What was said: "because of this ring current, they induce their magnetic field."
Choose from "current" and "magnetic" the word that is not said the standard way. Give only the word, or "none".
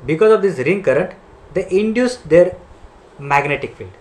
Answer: none